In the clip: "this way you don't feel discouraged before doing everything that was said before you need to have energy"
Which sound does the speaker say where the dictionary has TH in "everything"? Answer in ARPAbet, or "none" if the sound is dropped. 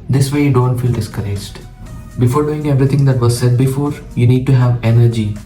T